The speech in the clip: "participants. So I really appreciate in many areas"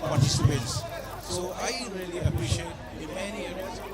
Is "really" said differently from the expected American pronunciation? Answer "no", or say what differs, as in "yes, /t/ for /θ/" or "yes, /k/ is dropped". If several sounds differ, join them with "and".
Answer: no